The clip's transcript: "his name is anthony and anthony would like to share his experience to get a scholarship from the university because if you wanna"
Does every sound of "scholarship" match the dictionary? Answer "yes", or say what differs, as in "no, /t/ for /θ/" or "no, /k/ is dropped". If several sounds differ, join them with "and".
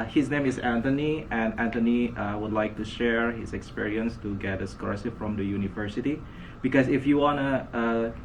no, /s/ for /ʃ/